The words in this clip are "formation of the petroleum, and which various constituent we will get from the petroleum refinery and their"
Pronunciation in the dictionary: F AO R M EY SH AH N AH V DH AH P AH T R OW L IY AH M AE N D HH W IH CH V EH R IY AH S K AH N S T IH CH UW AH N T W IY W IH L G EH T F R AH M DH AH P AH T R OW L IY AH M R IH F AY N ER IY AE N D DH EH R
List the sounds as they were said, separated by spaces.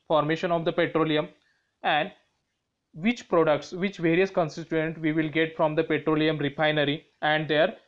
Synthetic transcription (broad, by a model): F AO R M EY SH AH N AH V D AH P AH T R OW L IY AH M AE N D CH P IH CH V EH R IY AH S K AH N S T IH S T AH N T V IY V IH L G EH T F R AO M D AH P AH T R OW L IY AH M R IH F AY N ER IY AE N D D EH R